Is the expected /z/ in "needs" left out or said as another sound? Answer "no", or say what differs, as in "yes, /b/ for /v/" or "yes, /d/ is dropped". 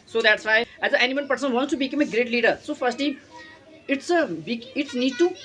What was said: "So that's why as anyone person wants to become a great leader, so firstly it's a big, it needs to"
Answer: yes, /z/ is dropped